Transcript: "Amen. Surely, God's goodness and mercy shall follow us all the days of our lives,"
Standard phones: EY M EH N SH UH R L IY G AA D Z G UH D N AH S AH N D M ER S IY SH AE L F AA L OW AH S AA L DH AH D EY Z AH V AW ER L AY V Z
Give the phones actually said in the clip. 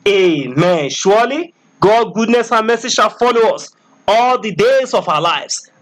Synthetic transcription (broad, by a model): EY M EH N SH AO L IY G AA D G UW D N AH S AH N M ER S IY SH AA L F AA L OW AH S AA L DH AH D EY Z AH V AW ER L AY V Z